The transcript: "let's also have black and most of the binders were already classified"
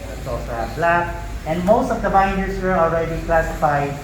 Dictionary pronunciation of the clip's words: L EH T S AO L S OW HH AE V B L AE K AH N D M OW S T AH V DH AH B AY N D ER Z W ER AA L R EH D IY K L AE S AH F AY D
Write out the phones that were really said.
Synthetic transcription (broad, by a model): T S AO S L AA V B L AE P AH N D M OW S T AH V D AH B AY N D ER S W ER AA L R EH D IY K L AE S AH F AY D